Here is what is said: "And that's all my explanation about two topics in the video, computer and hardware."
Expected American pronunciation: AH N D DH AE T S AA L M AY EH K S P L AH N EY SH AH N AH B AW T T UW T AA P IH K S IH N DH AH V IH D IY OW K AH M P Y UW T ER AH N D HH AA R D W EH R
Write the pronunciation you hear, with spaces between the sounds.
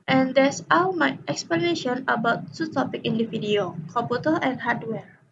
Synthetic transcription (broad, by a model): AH N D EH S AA M AY EH K S P L AH N EY SH AH N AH B AW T T UW T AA P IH K IH N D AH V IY D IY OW K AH P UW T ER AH N HH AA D W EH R